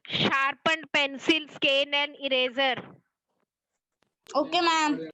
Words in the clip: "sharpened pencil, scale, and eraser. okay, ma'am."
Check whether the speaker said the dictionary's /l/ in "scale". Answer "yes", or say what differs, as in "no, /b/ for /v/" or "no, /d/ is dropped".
no, /n/ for /l/